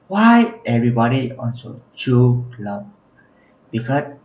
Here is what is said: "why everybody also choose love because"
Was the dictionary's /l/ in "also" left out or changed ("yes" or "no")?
yes